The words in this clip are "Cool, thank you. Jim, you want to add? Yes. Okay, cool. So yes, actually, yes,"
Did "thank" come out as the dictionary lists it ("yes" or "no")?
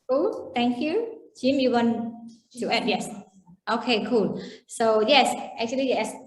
no